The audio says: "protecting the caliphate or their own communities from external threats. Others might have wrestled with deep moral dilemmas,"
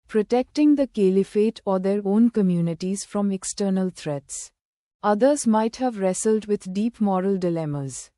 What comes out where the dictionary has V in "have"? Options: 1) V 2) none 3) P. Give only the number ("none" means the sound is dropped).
1